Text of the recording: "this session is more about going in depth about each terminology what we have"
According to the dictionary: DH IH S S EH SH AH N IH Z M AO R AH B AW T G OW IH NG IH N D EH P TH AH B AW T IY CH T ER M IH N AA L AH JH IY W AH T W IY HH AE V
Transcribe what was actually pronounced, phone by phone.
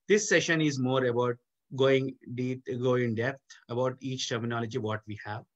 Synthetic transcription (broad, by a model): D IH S S EH SH AH N IH Z M AO R AH B AW T G OW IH NG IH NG D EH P T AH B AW T IY CH T ER M IH N AA L AH JH IY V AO T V IY HH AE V